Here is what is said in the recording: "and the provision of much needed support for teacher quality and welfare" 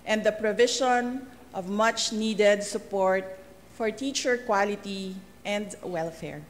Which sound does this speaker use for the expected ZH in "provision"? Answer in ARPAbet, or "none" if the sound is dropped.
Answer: SH